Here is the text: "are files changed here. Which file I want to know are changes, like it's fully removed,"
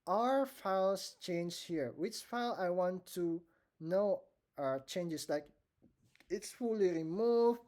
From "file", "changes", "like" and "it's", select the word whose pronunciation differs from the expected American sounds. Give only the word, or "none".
changes